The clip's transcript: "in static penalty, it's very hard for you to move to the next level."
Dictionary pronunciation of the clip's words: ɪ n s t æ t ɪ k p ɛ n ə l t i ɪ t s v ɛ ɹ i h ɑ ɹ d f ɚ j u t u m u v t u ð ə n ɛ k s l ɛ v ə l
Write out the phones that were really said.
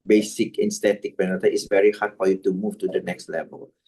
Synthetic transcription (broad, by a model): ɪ n s t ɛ t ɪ k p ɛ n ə t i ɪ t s v ɛ ɹ i h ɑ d f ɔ j u t u m u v t u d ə n ɛ k s l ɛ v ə l